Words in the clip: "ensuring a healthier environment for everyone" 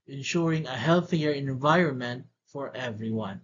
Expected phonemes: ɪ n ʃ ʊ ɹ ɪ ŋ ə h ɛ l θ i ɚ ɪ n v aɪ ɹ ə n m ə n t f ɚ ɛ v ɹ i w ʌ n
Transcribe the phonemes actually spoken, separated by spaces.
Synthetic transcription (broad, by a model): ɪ n ʃ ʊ ɹ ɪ ŋ ə h ɛ l θ i ɚ ɪ n v aɪ ɹ ə n m ə n t f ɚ ɛ v ɹ i w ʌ n